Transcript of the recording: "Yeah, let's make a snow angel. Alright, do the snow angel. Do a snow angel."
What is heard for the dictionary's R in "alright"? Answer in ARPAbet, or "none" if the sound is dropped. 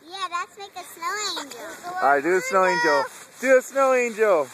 none